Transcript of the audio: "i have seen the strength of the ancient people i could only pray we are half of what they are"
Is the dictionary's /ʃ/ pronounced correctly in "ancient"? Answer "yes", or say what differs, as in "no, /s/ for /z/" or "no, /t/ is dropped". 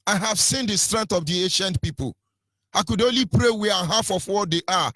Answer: yes